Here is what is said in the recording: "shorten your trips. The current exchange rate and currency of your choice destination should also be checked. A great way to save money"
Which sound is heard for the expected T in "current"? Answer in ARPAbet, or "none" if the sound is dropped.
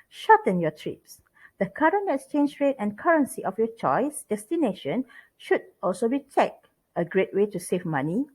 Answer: none